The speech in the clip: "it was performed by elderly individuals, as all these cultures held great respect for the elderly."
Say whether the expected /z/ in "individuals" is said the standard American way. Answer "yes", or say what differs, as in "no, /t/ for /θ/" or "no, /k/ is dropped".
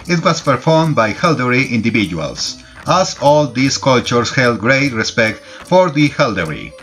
no, /s/ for /z/